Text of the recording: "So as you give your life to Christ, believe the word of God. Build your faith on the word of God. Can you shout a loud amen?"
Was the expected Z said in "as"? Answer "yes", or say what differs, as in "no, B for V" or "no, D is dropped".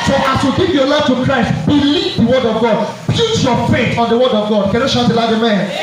no, S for Z